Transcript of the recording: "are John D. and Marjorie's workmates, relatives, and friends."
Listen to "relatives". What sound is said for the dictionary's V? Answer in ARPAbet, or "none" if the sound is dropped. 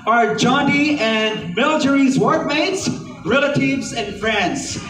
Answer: V